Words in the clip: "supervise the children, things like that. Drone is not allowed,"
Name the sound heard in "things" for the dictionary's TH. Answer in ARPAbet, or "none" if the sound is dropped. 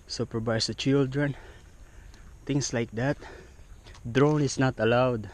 T